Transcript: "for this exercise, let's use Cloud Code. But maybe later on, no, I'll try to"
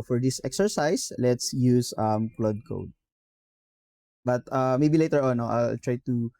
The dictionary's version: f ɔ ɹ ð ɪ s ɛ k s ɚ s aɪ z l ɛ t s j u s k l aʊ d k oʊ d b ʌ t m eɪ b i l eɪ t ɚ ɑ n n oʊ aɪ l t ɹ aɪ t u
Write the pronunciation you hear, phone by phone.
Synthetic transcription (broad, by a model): f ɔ ɹ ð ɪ s ɛ k s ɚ s aɪ s l ɛ t s j u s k l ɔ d k oʊ d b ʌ t m eɪ b i l eɪ t ɚ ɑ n n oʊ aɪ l t ɹ aɪ t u